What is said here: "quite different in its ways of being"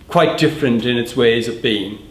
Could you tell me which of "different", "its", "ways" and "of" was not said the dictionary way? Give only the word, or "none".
none